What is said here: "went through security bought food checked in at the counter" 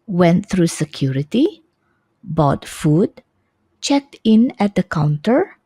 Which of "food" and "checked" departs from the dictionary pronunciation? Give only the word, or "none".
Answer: none